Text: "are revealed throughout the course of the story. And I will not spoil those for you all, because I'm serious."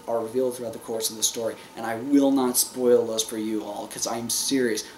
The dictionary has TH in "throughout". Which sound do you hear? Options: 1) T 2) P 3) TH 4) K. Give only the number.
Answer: 3